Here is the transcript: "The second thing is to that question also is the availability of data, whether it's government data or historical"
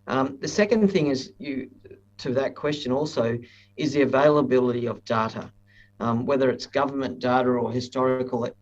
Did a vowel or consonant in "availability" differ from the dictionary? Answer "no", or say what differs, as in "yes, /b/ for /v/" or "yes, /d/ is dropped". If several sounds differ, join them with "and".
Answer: no